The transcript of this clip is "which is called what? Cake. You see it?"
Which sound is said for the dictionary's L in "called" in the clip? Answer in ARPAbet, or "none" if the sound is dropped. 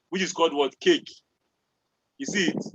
L